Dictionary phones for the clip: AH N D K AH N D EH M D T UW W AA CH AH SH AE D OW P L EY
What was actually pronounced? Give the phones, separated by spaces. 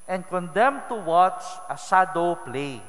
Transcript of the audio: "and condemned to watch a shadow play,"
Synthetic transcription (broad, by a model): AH N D K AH N D EH M T UW W AA CH AH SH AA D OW P L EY